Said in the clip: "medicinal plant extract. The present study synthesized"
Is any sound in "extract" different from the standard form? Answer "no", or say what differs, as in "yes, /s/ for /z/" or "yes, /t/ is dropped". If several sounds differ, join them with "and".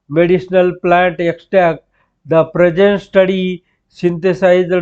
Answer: yes, /ɹ/ is dropped